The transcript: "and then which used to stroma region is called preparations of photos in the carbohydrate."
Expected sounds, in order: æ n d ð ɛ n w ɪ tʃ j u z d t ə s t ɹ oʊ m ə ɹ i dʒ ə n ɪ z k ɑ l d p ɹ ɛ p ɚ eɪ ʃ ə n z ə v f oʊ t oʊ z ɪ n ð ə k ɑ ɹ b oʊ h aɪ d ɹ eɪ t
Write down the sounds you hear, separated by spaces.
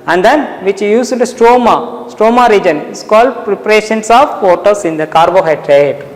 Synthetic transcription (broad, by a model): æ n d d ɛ n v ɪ tʃ j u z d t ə s t ɹ oʊ m ə ɹ i dʒ ə n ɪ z k ɑ l d p ɹ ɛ p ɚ eɪ ʃ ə n s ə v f oʊ t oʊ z ɪ n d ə k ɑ ɹ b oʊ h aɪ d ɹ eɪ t